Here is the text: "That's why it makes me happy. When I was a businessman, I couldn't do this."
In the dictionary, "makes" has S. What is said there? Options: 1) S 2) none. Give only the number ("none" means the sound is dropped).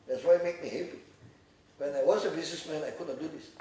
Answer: 2